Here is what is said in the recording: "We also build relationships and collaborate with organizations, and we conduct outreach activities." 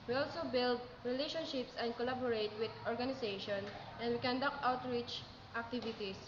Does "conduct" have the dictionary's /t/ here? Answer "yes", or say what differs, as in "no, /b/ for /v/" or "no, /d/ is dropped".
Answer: no, /t/ is dropped